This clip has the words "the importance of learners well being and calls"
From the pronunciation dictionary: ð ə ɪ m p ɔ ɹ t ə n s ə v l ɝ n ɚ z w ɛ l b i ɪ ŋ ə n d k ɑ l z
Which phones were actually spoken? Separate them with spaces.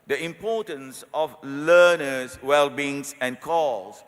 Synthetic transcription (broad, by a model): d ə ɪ m p ɔ t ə n s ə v l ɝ n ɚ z w ɛ l b i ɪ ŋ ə n k ɑ l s